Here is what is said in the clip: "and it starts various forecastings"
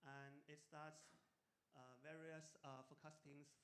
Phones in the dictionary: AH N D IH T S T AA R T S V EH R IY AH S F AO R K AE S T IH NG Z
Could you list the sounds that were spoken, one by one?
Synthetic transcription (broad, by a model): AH N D IH T S T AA T S V EH R IY AH S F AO K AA S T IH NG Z